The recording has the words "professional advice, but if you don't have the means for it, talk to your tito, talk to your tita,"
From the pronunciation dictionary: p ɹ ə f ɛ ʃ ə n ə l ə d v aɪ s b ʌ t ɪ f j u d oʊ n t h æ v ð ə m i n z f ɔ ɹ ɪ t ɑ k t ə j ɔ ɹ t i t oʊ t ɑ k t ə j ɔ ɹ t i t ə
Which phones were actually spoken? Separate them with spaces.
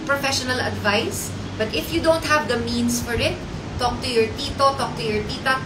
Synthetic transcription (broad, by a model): p ɹ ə f ɛ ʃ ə n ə l ə d v aɪ s b ʌ t ɪ f j u d oʊ n t h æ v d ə m i n s f ɔ ɹ ɪ t ɑ k t ə j ɔ ɹ t i t oʊ t ɑ k t ə j ɔ ɹ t i t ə